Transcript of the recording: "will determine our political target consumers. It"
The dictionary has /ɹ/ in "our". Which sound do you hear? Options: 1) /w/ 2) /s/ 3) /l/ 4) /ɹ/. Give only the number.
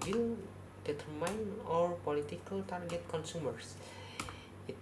4